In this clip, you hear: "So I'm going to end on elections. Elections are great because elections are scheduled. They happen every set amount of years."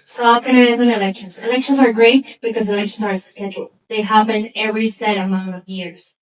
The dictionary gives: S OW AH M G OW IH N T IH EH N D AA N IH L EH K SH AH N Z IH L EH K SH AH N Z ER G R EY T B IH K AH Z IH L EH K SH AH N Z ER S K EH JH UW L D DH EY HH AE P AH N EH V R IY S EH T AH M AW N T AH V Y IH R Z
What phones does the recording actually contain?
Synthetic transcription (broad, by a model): S OW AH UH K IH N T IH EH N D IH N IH L EH K SH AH N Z IH L EH K SH AH N Z ER G R EY T B IH K AH Z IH L EH K SH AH N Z ER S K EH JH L DH EY HH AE B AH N EH V R IY S EH T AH M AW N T AH V Y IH R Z